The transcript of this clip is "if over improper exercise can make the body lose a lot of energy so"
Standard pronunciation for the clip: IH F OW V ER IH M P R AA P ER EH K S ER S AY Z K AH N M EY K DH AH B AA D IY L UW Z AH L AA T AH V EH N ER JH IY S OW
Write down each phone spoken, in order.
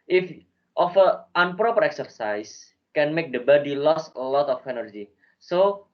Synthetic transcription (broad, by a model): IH F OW F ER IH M P R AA P ER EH K S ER S AY S K AH N M EY K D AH B AA D IY L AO S AH L AA T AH F EH N ER JH IY S OW